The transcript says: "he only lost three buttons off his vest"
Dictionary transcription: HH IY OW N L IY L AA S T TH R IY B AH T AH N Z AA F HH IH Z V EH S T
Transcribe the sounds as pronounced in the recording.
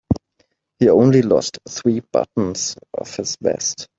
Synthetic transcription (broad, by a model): HH IY OW N L IY L AA S T TH R IY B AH T N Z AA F HH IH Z B EH S T